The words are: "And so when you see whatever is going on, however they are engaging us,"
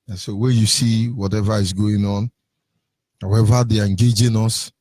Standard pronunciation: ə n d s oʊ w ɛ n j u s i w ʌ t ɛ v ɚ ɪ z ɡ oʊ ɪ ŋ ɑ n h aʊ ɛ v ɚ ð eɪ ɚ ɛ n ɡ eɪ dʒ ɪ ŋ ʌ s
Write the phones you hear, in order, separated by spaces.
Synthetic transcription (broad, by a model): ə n s oʊ w ɛ n j u s i w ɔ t ɛ v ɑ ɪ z ɡ oʊ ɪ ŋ ɑ n h aʊ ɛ v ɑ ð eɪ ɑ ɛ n ɡ eɪ dʒ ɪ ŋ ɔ s